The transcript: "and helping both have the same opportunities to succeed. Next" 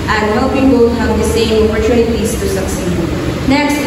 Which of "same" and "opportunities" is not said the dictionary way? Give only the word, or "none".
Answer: opportunities